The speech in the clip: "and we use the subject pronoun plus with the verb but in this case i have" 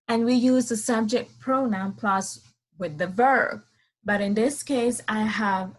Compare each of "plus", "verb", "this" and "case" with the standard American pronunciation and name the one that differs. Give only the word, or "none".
none